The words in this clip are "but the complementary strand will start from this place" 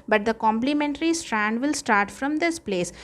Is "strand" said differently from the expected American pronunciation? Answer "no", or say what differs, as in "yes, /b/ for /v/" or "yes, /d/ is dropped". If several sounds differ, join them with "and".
no